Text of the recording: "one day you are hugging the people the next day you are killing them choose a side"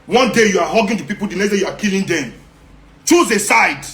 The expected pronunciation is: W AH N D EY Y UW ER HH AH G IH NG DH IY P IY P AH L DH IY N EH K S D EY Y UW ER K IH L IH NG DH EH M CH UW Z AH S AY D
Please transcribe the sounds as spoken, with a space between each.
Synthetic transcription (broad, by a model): W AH N D EY Y UW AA HH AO G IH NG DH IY P IY P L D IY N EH S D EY Y UW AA K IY L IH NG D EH M CH UW Z AH S AY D